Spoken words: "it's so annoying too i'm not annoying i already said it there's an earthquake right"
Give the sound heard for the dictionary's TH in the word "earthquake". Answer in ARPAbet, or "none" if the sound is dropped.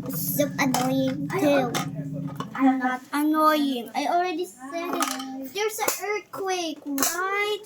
T